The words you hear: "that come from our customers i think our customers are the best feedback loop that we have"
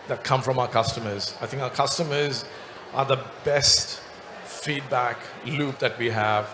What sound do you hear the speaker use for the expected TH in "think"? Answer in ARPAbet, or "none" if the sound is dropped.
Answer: TH